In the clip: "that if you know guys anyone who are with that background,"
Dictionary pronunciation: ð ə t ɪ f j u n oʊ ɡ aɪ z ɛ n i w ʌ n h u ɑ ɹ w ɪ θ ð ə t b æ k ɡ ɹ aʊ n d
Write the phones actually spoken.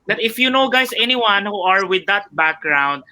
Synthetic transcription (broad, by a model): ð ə t ɪ f j u n oʊ ɡ aɪ s ɛ n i w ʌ n h u ɑ ɹ w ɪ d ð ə t b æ k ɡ ɹ aʊ n d